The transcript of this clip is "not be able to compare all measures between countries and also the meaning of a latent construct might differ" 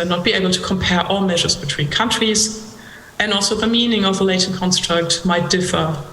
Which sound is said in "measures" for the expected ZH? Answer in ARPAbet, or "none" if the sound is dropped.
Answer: ZH